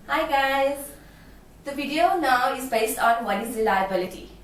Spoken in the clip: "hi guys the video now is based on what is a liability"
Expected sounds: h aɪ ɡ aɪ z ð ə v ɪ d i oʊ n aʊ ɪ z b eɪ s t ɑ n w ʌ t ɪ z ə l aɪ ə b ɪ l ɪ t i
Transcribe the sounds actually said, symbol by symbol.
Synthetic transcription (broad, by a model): h aɪ ɡ aɪ z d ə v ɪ d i oʊ n aʊ ɪ z b eɪ s t ɑ n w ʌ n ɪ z ə l aɪ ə b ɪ l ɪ t i